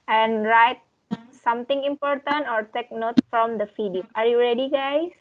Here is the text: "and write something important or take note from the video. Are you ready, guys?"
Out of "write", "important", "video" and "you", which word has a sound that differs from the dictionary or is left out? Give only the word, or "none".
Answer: video